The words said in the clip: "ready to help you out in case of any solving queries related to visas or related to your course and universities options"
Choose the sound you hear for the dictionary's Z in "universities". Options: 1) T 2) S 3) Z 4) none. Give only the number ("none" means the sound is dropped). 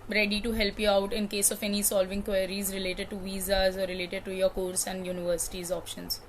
3